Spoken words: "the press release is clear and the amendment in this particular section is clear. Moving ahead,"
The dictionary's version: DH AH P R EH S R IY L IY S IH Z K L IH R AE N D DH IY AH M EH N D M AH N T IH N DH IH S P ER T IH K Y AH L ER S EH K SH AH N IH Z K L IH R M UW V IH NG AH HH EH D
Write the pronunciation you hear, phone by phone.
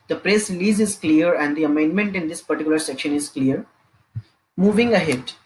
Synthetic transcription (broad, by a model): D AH P R EH S R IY L IY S IH Z K L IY R AE N D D IY AH M EH N D M AH N T IH N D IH S P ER T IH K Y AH L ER S EH K SH AH N IH Z K L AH R M UW V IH NG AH HH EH D